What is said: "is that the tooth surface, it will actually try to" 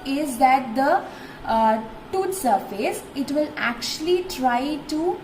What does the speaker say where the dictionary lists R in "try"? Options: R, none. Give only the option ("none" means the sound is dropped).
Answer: R